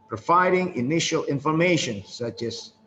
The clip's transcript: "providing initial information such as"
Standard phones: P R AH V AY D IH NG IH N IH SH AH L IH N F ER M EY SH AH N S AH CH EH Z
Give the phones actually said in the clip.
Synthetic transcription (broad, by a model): P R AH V AY D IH NG IH N IH SH AH L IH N F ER M EY SH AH N S AH CH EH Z